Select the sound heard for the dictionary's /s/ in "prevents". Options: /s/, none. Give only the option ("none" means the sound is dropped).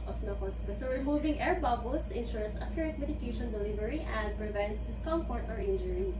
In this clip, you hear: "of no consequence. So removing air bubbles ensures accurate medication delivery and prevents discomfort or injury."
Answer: /s/